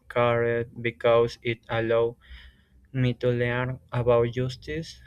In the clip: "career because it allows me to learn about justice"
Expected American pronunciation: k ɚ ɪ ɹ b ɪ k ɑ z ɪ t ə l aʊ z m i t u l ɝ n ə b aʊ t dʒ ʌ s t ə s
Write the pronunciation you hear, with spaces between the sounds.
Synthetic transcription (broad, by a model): k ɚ ɹ b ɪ k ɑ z ɪ t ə l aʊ m i t u l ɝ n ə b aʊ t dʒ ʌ s t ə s